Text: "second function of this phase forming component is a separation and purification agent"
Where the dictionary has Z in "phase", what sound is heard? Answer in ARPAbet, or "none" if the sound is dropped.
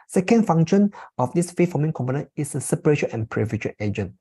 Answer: none